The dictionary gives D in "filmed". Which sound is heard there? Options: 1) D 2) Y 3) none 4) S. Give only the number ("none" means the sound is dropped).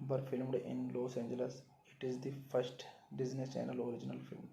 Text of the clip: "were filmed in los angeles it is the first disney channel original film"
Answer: 1